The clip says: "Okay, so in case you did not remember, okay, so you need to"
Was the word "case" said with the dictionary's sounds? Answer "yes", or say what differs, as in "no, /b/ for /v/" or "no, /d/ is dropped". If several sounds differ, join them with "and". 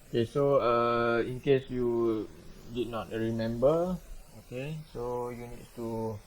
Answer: yes